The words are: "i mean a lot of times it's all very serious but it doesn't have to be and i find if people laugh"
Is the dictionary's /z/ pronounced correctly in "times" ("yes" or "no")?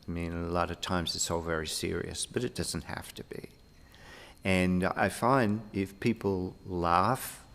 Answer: yes